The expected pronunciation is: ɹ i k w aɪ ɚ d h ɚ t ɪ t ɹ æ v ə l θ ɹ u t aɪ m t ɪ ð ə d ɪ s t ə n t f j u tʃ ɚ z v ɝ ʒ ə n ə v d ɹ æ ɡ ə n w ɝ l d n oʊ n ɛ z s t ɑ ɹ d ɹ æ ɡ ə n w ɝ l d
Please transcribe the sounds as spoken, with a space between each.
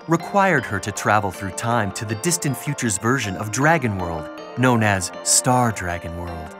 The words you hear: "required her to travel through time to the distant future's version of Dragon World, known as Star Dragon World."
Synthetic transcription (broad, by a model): ɹ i k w aɪ ɚ d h ɚ t ɪ t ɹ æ v l θ ɹ u t aɪ m t ɪ ð ə d ɪ s t ə n t f j u tʃ ɚ z v ɝ ʒ ə n ə v d ɹ æ ɡ ə n w ɝ l d n oʊ n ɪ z s t ɑ ɹ d ɹ æ ɡ ə n w ɝ l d